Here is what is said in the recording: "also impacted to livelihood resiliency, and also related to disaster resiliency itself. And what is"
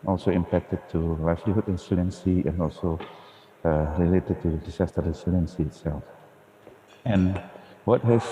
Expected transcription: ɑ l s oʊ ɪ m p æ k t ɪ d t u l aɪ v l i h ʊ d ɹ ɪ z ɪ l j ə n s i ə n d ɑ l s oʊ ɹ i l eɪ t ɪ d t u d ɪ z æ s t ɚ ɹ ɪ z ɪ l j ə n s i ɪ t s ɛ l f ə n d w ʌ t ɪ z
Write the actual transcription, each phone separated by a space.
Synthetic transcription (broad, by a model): ɑ l s oʊ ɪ m p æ k t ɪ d t u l aɪ f l i h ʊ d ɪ s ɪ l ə n s i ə n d ɑ l s oʊ ɹ i l eɪ t ɪ d t u d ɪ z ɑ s t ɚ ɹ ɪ s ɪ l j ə n s i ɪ t s ɛ l f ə n w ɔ t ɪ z